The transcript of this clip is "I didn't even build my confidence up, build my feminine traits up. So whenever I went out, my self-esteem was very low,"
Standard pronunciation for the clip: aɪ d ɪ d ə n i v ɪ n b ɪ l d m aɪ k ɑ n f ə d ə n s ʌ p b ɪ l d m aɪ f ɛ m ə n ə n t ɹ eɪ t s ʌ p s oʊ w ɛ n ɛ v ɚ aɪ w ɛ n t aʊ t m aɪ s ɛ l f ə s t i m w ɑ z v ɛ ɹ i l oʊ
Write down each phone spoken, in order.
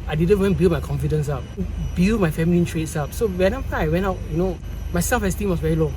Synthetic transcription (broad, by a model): aɪ d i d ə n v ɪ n b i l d m aɪ k ɑ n f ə d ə n s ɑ p b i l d m aɪ f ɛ m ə l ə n t ɹ eɪ t s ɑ p s oʊ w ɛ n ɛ p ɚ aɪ w ɛ n t aʊ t m aɪ s ɛ l f ə s t i m w ɑ s v ɛ ɹ i l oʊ